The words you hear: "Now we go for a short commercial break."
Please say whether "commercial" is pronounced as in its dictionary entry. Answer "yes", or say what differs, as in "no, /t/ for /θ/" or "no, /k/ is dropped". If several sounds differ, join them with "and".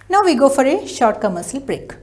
no, /s/ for /ʃ/